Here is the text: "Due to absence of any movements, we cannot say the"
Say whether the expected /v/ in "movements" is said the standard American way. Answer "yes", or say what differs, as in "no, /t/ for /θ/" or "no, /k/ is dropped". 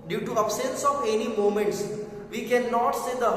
no, /v/ is dropped